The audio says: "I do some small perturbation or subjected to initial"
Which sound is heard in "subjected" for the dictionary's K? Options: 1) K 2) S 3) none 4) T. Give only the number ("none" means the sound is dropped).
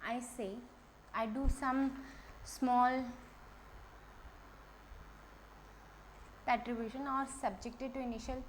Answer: 1